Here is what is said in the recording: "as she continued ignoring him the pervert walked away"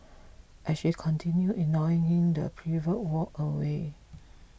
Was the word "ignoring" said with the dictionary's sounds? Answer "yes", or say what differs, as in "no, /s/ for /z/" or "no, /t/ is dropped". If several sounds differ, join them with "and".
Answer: no, /ɹ/ is dropped